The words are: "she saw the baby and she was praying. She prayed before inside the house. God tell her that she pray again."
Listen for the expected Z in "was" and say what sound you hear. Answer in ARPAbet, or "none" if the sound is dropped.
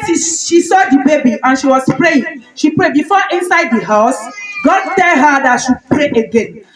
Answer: S